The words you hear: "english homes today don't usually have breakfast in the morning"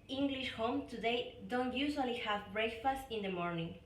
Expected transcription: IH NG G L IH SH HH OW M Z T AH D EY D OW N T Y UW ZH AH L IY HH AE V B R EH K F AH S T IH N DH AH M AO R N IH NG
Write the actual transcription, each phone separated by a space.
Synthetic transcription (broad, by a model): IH NG G L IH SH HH OW M T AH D EY D OW N T Y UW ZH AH L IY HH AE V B R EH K F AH S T IH N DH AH M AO R N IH NG